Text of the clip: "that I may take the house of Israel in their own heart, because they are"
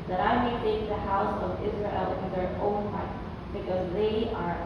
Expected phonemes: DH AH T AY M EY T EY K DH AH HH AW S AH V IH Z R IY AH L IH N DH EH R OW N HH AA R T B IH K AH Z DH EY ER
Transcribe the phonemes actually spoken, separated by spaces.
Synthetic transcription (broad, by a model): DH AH T AY M EY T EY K DH AH HH AW S AH V IH Z R IY AH L IH N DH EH R OW N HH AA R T B IH K AH Z DH EY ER